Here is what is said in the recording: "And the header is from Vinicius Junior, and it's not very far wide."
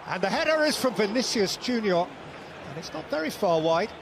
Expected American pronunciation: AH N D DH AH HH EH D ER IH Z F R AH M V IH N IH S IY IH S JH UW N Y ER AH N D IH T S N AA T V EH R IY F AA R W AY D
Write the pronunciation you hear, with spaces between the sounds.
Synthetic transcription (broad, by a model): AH N DH AH HH EH D ER IH Z F R AH M V IH N IH S IY IH S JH UW N Y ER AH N IH T S N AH T V EH R IY F AA R W AY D